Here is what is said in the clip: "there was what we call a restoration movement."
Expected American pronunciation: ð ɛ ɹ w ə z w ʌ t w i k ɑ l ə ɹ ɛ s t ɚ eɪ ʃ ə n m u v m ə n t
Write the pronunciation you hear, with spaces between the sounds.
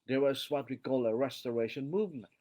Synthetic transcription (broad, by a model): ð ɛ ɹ w ə z w ʌ t w i k ɑ l ə ɹ ɛ s t ɚ eɪ ʃ ə n m u v m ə n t